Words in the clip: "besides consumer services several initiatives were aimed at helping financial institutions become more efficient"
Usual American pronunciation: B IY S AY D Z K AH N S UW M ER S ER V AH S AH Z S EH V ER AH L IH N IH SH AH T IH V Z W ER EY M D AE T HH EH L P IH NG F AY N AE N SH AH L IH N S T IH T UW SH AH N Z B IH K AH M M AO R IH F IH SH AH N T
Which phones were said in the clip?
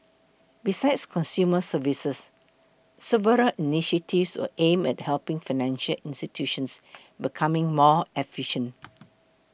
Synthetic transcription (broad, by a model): B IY S AY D S K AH N S UW M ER S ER V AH S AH S EH V ER AH L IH N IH SH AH T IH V S W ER EY M EH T HH EH L P IH NG F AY N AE N SH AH L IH N S T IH T UW SH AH N S B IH K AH M M AO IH F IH SH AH N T